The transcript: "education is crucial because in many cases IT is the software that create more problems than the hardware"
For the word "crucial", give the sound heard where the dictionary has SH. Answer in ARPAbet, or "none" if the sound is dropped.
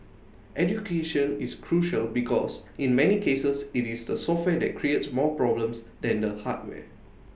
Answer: SH